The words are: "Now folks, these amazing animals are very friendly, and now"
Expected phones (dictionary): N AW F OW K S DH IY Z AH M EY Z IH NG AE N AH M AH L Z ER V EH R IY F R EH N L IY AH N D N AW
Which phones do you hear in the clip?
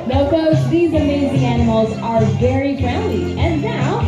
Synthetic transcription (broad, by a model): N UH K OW S DH IY Z AH M EY Z IH NG AE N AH M L Z ER V EH R IY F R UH N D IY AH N N AW